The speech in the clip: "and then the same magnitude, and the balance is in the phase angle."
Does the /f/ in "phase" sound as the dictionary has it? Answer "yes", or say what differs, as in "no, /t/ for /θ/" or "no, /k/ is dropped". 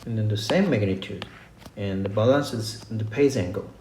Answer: no, /p/ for /f/